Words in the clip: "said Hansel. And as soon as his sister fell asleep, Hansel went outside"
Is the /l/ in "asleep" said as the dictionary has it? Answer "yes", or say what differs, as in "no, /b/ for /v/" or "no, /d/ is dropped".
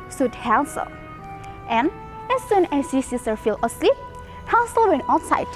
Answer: yes